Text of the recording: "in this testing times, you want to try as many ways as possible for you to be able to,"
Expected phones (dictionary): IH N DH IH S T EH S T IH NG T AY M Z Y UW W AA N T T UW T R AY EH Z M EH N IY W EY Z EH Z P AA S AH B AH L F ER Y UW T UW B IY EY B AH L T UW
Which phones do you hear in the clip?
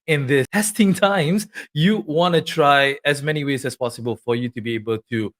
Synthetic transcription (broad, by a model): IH N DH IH T EH S T IH NG T AY M S Y UW W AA N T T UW T R AY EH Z M EH N IY W EY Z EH S P AA S AH B AH L F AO Y UW T UW B IY EY B AH L T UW